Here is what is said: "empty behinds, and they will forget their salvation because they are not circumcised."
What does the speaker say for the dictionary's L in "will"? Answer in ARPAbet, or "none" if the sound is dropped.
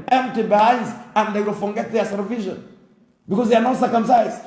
L